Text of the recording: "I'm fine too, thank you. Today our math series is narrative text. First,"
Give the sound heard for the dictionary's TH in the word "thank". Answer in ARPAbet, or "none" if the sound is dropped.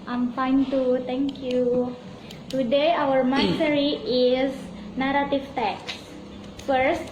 T